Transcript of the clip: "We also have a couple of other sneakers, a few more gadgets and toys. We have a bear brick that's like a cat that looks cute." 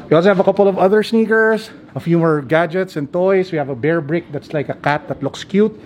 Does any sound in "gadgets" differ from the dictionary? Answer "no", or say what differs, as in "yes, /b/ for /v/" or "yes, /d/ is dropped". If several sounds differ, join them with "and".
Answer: no